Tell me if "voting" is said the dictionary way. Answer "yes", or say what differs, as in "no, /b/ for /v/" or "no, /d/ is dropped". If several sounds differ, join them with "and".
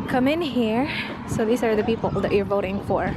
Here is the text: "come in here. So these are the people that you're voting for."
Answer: yes